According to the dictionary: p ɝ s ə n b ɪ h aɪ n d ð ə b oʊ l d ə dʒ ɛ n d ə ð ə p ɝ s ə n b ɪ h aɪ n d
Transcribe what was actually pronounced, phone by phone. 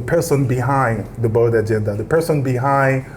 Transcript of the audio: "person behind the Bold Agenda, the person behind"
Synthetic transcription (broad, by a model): p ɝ s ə n b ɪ h aɪ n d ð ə b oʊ d ə dʒ ɛ n d ə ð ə p ɝ s ə n b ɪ h aɪ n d